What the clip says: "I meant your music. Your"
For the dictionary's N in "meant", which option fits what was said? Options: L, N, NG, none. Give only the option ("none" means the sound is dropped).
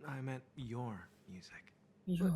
none